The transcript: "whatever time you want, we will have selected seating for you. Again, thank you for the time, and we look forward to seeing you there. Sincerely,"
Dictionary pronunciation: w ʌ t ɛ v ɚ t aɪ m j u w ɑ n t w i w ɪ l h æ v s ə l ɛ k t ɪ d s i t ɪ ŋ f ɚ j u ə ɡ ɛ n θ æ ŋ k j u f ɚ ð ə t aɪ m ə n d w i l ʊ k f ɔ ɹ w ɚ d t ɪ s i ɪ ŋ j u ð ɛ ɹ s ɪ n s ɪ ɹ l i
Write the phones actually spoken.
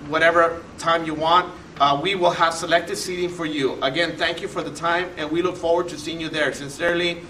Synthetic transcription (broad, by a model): w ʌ t ɛ v ɚ t aɪ m j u w ɑ n t w i w ɪ l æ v s ə l ɛ k t ɪ d s i t ɪ ŋ f ɚ j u ə ɡ ɛ n θ æ ŋ k j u f ɚ ð ə t aɪ m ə n w i l ʊ k f ɔ ɹ w ɚ d t ɪ s i ɪ ŋ j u ð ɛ ɹ s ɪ n s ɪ ɹ l i